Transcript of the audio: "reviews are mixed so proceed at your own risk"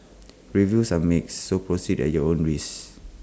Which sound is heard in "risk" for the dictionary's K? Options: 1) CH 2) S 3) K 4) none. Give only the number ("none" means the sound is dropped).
4